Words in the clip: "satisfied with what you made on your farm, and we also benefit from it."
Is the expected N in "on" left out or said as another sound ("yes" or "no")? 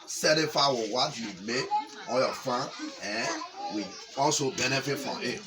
yes